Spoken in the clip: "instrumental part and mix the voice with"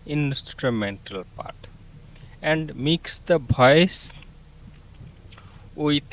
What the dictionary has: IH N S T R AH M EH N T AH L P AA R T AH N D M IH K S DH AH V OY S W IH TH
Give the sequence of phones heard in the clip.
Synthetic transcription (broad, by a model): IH N S T R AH M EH N T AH L P AA R T AH N D M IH K S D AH B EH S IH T